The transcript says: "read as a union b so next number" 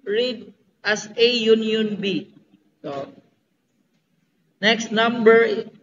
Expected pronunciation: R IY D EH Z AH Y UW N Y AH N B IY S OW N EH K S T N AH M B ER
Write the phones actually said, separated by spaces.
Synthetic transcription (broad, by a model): R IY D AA S AH Y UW N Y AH N B IY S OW N EH K S T N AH M B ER